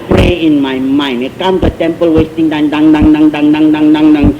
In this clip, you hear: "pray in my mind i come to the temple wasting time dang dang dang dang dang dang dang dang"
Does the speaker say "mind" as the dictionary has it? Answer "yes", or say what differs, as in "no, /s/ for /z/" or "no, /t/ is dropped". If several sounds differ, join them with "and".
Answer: no, /d/ is dropped